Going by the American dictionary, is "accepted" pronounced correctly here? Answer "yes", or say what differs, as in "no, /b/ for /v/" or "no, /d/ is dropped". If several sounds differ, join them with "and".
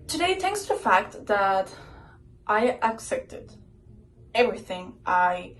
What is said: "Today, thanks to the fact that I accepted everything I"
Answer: yes